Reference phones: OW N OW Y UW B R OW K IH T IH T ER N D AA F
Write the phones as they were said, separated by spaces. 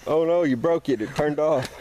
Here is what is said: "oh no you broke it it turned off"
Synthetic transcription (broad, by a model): OW N OW Y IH B R OW K IH T IH T ER N D AA F